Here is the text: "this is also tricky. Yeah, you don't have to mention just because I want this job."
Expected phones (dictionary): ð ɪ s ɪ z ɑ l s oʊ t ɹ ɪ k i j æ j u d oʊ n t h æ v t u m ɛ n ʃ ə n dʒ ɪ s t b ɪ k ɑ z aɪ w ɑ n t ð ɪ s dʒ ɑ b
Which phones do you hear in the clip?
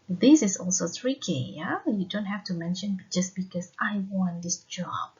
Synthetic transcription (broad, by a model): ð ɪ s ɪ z ɑ l s oʊ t ɹ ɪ k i j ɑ j u d oʊ n t h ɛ f t u m ɛ n ʃ ə n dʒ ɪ s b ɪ k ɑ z aɪ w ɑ n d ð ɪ s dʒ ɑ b